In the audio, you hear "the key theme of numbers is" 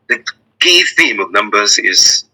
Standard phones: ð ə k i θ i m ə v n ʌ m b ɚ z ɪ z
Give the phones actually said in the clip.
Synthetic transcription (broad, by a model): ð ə k i θ i m ə v n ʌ m b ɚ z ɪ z